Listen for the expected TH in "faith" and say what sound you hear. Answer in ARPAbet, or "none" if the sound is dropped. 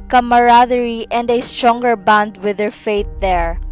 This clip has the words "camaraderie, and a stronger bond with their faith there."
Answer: T